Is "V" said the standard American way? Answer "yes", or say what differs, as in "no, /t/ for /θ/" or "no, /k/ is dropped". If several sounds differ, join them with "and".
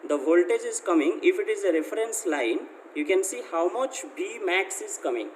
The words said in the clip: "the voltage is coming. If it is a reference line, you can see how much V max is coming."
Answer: no, /b/ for /v/